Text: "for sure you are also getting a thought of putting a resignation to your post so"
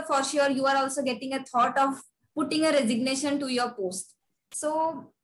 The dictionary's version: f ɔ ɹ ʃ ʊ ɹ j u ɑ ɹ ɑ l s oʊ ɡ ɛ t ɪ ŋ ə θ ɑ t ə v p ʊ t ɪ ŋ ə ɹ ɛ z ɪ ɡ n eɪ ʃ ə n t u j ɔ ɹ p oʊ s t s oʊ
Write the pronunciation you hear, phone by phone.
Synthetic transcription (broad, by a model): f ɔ ɹ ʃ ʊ ɹ j u ɑ ɹ ɑ l s oʊ ɡ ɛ t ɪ ŋ ə t ɑ t ə v p ʊ t ɪ ŋ ə ɹ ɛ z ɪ ɡ n eɪ ʃ ə n t u j ɔ ɹ p oʊ s t s oʊ